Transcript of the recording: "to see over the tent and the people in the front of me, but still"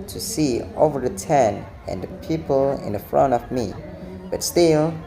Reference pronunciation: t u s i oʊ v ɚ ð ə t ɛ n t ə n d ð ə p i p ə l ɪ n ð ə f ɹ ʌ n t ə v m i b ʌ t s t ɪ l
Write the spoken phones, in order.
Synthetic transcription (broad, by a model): t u s i oʊ v ɚ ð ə t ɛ n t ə n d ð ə p i p ə l ɪ n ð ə f ɹ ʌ n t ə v m i b ʌ t s t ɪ l